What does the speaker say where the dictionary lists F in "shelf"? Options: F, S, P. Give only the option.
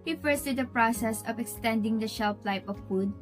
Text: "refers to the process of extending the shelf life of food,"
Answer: P